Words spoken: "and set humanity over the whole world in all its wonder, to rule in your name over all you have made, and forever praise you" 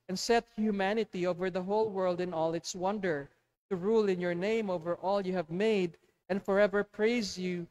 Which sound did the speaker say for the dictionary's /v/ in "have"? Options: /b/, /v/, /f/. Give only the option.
/v/